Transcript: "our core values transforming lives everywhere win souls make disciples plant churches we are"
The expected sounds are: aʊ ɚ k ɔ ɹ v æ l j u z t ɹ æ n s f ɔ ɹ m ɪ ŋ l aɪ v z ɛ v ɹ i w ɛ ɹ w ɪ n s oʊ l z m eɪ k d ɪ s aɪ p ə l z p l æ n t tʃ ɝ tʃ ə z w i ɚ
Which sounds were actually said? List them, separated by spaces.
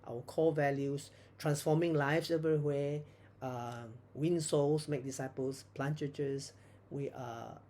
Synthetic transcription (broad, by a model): aʊ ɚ k ɔ l v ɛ l j u s t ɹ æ n s f ɔ m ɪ ŋ l aɪ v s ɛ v ɹ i w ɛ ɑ w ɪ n s oʊ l s m eɪ k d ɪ s aɪ p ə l s p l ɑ n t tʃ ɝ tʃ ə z w i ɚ